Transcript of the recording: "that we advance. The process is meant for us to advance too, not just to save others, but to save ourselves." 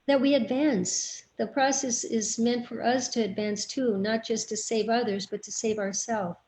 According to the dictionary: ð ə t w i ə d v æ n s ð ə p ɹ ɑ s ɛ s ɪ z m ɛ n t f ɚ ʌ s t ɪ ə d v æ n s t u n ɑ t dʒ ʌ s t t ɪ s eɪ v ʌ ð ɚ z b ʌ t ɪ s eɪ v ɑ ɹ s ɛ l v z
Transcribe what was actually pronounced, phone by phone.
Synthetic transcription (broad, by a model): ð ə t w i ə d v æ n s ð ə p ɹ ɑ s ɛ s ɪ z m ɛ n t f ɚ ʌ s t ɪ ə d v æ n s t u n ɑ t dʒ ʌ s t t ɪ s eɪ v ʌ ð ɚ z b ʌ t ɪ s eɪ v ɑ ɹ s ɛ l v